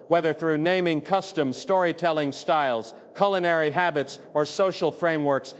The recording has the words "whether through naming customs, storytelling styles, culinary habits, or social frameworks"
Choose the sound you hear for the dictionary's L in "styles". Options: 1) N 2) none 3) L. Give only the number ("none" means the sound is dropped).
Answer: 3